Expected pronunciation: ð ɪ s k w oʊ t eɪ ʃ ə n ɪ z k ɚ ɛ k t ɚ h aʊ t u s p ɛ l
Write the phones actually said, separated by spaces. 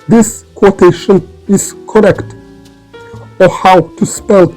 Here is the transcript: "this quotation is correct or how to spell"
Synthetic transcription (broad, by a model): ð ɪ s k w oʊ t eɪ ʃ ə n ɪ s k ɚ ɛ k t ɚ h aʊ t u s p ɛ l